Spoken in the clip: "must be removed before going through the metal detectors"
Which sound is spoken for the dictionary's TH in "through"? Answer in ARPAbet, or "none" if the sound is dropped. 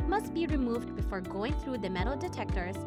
TH